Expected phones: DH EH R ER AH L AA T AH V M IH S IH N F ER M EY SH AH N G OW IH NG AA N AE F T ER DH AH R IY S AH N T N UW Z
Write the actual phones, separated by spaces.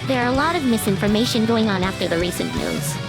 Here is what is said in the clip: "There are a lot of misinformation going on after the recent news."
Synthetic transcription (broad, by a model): DH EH R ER AH L AA T AH V M IH S IH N F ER M EY SH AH N G OW IH NG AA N AE F T ER DH AH R IY S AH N N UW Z